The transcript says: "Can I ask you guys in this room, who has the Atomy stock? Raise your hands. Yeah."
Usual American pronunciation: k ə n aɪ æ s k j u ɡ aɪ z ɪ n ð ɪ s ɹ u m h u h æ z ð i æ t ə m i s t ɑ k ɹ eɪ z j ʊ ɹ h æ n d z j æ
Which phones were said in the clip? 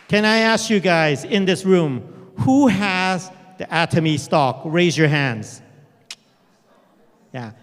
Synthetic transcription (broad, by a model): k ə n aɪ æ s k j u ɡ aɪ z ɪ n ð ɪ s ɹ u m h u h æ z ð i æ t ə m i s t ɑ k ɹ eɪ z j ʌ ɹ h æ n d z j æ